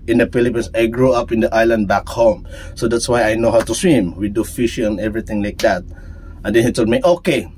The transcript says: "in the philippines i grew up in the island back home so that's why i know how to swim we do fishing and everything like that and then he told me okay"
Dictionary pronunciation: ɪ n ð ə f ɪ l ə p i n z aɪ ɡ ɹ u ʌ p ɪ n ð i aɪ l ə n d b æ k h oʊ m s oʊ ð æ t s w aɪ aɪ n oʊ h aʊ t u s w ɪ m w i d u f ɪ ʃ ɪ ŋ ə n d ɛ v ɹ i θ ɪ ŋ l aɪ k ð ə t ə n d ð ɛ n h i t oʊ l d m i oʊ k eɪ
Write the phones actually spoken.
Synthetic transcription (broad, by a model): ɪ n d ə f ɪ l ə p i n s aɪ ɡ ɹ u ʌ p ɪ n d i aɪ l ə n d b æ k h oʊ m s oʊ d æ t s w aɪ aɪ n oʊ h aʊ t u s w ɪ m w i d u f ɪ ʃ ɪ ŋ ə n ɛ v ɹ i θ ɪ ŋ l aɪ k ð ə t ə n d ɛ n h i t oʊ l d m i oʊ k eɪ